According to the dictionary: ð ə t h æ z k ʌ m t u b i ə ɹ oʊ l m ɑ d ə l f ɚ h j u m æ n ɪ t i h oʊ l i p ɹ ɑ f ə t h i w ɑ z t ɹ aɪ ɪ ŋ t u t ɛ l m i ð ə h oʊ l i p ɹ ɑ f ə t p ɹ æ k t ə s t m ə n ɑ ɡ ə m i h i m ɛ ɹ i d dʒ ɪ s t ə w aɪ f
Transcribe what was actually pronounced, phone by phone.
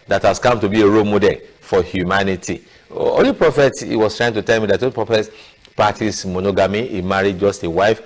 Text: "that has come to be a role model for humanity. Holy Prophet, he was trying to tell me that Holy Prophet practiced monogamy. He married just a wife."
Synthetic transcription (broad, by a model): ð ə t h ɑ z k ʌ m t u b i ə ɹ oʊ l m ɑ d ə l f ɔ h j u m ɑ n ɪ t i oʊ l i p ɹ ɑ f ə t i w ɑ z t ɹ aɪ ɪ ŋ t u t ɛ l m i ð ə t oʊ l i p ɹ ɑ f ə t p ɑ t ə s m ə n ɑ ɡ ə m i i m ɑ ɹ i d dʒ ɪ s t ə w aɪ f